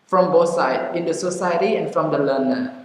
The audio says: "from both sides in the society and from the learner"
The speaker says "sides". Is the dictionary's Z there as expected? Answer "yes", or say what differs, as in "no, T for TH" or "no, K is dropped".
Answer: no, Z is dropped